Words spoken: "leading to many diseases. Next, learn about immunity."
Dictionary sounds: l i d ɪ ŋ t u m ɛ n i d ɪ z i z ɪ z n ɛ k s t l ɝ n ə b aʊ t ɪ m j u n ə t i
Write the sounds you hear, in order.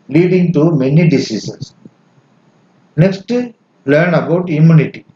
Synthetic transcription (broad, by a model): l i d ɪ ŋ t u m ɛ n i d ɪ s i s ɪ s n ɛ k s t l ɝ n ə b aʊ t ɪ m j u n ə t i